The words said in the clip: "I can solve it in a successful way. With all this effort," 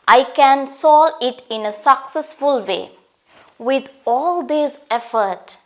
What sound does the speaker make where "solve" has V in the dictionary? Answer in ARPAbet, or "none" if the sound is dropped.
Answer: none